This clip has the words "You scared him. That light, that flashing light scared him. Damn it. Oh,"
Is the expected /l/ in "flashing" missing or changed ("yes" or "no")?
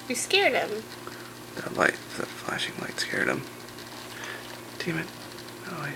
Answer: no